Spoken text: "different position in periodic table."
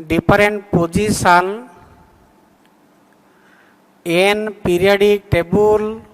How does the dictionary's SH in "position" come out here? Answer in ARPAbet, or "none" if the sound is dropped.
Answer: S